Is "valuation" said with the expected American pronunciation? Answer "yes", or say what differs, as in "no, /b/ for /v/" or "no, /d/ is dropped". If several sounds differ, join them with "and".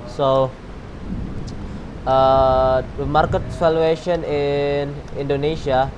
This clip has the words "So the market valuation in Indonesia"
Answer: no, /f/ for /v/